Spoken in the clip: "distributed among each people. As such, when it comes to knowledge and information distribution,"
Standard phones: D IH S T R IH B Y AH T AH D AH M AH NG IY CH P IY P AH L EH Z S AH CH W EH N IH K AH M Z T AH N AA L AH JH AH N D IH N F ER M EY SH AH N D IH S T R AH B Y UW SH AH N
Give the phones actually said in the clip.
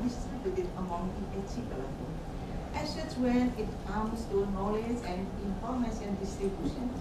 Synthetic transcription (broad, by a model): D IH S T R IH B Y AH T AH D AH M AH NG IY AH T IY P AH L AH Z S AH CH W EH N IH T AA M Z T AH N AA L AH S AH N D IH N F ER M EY S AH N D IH S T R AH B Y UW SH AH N